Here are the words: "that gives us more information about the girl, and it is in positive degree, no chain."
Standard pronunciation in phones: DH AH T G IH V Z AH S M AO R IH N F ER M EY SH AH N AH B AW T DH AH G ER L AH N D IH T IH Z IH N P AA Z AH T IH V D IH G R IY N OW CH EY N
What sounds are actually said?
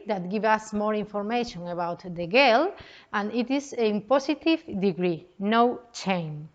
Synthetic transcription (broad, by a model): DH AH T G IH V AH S M AO R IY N F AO M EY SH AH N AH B AW T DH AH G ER L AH N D IH T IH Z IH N P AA S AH T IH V D IH G R IY N OW CH EY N